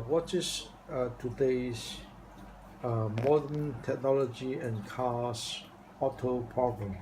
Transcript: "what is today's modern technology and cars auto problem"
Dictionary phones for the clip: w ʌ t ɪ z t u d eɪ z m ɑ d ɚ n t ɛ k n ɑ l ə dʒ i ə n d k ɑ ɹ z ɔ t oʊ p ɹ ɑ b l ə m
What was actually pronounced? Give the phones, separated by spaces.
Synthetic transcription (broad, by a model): w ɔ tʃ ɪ s t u d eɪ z m ɑ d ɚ n t ɛ k n ɑ l ə dʒ i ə n k ɑ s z ɔ t oʊ p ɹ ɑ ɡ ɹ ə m